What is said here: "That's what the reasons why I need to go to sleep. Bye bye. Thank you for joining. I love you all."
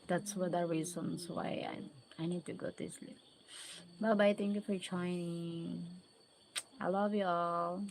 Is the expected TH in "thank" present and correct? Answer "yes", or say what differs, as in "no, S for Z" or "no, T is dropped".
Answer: no, T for TH